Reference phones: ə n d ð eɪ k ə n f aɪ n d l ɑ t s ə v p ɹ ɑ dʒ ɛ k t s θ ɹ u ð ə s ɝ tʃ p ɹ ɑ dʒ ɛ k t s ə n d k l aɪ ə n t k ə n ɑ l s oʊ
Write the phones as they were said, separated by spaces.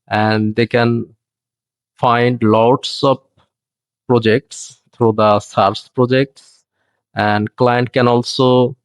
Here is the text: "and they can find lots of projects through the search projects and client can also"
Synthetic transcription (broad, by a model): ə n d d eɪ k ə n f aɪ n d l ɑ t s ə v p ɹ ɑ dʒ ɛ k t s t ɹ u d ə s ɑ s p ɹ ɑ dʒ ɛ k t s ə n d k l aɪ ə n t k ə n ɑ l s oʊ